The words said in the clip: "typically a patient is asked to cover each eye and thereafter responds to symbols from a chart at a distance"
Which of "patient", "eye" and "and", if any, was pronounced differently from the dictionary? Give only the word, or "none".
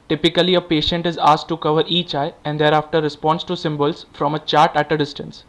none